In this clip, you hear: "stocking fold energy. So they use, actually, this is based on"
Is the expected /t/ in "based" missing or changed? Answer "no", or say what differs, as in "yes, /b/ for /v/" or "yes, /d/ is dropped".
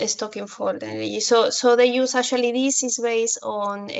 yes, /t/ is dropped